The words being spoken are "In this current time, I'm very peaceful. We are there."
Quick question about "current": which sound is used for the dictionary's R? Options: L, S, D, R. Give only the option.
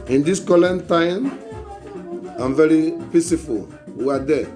L